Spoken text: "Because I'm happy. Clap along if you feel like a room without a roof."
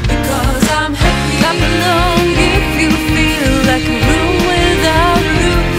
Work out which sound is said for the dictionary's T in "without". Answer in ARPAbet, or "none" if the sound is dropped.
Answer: none